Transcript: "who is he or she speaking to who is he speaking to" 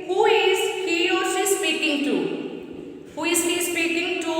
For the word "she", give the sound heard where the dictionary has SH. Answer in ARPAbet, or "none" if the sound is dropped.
S